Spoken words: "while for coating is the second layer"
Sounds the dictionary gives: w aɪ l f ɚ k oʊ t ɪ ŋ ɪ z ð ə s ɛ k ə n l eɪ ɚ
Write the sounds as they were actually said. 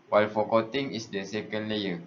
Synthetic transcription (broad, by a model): w aɪ l f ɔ k oʊ t ɪ ŋ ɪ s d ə s ɛ k ə n l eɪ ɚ